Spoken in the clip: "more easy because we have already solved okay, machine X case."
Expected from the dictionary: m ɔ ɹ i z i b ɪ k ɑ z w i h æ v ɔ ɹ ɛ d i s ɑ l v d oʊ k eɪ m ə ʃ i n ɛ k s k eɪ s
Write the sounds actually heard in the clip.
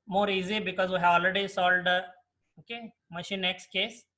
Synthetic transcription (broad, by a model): m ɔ ɹ i z i b ɪ k ɑ z w i h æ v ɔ l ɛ d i s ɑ l d oʊ k eɪ m ə ʃ i n ɛ k s k eɪ s